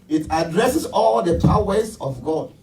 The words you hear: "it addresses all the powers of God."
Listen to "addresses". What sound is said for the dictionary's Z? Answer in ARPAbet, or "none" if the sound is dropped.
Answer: S